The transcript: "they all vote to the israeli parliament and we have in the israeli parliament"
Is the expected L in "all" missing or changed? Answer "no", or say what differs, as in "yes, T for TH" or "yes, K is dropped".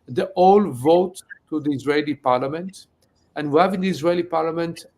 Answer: no